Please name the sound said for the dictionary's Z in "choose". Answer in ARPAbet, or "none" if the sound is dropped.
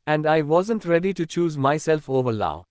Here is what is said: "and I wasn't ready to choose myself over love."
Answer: Z